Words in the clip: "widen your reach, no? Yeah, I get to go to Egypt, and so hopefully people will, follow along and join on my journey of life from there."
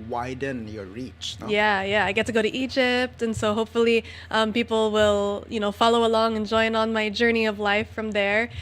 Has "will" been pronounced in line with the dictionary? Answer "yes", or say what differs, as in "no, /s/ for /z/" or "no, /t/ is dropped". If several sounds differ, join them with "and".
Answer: no, /n/ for /l/